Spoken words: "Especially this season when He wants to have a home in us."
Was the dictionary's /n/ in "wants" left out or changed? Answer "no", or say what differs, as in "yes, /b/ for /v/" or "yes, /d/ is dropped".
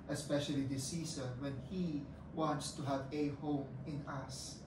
no